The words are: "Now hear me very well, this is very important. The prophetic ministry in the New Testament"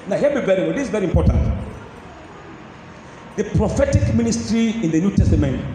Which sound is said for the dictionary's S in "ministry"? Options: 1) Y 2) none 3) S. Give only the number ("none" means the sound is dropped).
3